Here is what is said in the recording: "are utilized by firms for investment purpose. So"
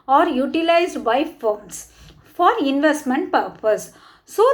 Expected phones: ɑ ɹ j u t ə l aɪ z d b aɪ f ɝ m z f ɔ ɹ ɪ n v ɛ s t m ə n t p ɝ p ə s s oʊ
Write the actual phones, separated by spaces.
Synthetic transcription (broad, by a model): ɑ ɹ j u t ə l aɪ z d b aɪ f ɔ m s f ɔ ɹ ɪ n v ɛ s t m ə n t p ɝ p ə s s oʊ